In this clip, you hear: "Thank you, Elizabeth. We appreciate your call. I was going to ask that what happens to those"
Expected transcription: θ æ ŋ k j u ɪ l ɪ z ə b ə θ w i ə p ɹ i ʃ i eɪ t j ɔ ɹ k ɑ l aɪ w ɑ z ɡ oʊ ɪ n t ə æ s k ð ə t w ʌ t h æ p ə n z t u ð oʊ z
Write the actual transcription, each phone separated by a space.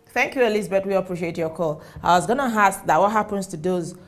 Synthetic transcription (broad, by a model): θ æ ŋ k j u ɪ l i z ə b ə t w i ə p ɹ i ʃ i eɪ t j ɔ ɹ k ɑ l aɪ w ɑ z ɡ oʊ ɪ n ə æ s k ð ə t w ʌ t h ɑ p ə n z t u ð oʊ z